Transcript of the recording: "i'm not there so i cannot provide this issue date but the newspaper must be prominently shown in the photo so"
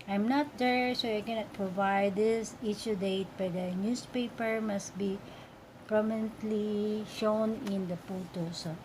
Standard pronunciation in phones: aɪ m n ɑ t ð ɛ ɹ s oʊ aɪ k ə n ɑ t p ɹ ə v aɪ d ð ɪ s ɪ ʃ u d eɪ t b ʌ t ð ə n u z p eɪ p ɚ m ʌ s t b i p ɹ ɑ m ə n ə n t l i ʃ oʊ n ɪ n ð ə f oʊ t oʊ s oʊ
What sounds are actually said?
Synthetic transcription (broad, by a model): aɪ m n ɑ t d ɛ ɹ s oʊ aɪ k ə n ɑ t p ɹ ə v aɪ d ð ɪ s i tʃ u d eɪ t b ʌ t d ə n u s p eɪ p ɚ m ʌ s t b i p ɹ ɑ m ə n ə n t l i ʃ oʊ n ɪ n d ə p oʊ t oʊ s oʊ